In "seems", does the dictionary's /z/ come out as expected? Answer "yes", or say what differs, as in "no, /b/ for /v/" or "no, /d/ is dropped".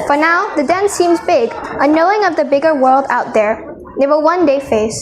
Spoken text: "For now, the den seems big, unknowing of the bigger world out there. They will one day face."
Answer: yes